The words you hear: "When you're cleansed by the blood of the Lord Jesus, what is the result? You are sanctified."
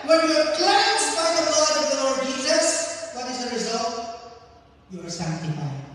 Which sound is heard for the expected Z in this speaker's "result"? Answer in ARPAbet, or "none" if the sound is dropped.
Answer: Z